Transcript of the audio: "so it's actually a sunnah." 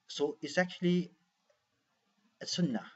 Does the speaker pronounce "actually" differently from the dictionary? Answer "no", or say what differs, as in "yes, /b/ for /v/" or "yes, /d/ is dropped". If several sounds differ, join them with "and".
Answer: no